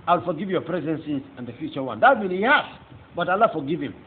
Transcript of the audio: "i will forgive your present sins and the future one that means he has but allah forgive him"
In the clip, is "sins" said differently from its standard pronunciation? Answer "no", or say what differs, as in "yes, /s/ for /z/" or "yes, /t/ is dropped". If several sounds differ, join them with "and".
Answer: yes, /n/ is dropped